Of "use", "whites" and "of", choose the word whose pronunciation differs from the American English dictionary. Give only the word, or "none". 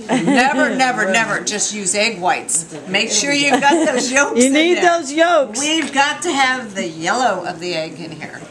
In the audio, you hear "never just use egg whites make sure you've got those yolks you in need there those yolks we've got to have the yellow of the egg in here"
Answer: none